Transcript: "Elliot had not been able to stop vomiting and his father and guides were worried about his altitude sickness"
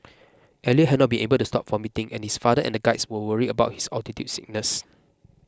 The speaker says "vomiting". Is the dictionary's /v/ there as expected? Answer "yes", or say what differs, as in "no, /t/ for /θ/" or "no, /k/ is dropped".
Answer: no, /f/ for /v/